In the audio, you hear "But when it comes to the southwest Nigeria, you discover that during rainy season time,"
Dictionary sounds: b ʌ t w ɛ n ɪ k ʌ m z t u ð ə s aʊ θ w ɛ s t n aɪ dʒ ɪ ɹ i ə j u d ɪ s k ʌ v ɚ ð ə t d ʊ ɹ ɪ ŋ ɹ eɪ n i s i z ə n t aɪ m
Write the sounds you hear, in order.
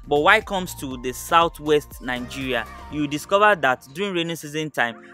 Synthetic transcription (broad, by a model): b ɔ t w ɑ ɪ k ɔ m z t u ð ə s aʊ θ w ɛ s t n aɪ dʒ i ɹ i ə j u d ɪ s k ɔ v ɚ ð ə t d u ɹ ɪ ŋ ɹ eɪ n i s i z ə n t aɪ m